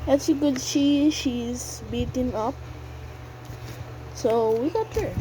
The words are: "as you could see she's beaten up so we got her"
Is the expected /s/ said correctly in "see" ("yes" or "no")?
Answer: no